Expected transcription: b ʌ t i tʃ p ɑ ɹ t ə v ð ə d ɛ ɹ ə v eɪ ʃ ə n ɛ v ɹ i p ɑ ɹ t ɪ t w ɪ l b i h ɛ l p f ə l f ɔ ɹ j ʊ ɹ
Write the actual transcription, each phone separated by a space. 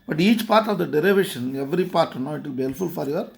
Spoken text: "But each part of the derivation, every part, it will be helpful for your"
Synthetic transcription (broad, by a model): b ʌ t i tʃ p ɑ ɹ t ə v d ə d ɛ ɹ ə v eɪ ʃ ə n ɛ v ɹ i p ɑ ɹ t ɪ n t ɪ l b i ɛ l f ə l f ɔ ɹ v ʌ ɹ